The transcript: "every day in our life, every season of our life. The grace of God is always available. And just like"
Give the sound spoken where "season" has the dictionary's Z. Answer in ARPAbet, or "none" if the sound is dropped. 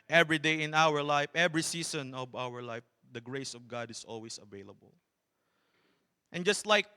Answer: S